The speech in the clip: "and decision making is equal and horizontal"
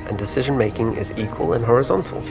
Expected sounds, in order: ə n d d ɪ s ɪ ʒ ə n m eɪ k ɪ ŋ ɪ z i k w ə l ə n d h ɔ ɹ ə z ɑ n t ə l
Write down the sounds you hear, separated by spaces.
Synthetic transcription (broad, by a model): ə n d d ɪ s ɪ ʒ ə n m eɪ k ɪ ŋ ɪ z i k w ə l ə n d h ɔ ɹ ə z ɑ n t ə l